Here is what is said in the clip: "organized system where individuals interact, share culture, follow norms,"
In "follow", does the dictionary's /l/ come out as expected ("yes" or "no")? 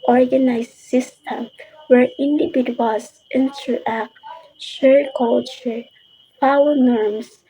no